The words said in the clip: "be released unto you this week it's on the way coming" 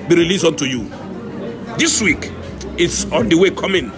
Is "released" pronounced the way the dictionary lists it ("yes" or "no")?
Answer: no